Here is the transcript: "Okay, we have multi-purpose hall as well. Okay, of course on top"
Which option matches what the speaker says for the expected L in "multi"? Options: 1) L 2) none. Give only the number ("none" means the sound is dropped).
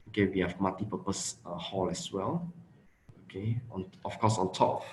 2